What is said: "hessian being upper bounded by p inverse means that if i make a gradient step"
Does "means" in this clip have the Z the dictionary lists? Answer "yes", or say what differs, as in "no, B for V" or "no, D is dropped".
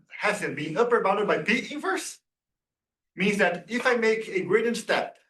yes